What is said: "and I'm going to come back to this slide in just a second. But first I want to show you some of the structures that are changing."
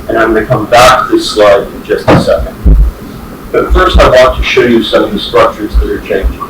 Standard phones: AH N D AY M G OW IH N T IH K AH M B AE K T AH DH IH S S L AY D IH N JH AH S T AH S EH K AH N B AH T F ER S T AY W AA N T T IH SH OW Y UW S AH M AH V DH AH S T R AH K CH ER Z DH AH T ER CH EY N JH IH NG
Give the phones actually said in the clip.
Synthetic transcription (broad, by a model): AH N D AY M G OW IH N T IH K AH M B AE K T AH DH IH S S L AY D IH N JH AH S T AH S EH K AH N B AH T F ER S T AY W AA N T T IH SH OW Y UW S AH M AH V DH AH S T R AH K CH ER Z DH AH T ER CH EY N JH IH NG